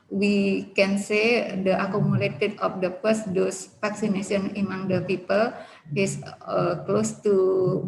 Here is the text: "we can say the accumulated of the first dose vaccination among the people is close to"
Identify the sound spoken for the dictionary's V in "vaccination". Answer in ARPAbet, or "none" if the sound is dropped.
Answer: F